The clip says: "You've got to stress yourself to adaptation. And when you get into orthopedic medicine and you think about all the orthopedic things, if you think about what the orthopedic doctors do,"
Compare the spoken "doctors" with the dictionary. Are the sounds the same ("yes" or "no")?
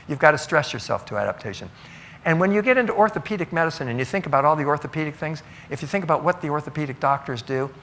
yes